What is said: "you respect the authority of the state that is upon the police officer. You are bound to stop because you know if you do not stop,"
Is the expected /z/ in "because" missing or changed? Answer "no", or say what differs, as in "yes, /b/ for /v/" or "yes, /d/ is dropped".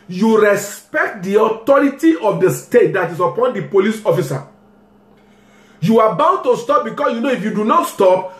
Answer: yes, /s/ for /z/